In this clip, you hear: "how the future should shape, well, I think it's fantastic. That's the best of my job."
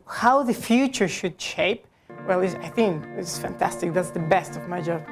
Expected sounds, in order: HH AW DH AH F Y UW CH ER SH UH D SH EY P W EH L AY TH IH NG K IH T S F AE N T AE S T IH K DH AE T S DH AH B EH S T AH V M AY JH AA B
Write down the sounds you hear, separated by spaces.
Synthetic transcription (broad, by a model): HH AW DH AH F Y UW CH ER SH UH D SH EY P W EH L AY TH IH NG K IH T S F AE N T AE S T IH K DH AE T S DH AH B EH S T AH V M AY JH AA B